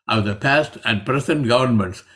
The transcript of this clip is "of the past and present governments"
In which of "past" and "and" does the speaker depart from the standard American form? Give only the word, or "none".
none